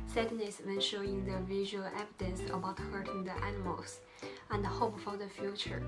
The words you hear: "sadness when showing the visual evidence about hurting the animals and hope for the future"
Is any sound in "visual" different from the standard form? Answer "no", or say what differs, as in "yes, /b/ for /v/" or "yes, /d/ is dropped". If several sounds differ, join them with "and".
no